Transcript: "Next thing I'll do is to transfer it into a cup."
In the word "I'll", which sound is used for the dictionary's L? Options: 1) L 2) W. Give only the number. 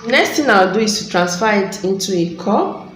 2